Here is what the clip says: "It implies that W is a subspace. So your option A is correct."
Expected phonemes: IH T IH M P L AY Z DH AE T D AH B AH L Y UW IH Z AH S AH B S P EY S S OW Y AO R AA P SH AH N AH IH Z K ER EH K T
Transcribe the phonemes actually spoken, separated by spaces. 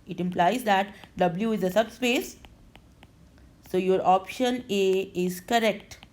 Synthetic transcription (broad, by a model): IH T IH M P L AY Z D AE T D AH B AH L Y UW IH Z AH S AH B S P EY S S OW Y AO R AA P SH AH N AH IH Z K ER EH K T